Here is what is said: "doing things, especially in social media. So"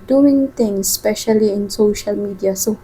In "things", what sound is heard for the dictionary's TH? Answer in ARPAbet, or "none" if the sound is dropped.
T